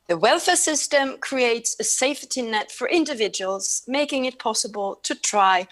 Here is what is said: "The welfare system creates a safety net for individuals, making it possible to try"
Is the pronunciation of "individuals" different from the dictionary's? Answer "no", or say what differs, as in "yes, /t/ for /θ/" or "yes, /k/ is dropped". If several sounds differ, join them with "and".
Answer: no